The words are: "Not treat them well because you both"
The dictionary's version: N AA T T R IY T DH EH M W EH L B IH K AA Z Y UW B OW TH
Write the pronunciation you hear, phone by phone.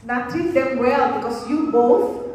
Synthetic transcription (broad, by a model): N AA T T IY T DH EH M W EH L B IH K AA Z Y UW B OW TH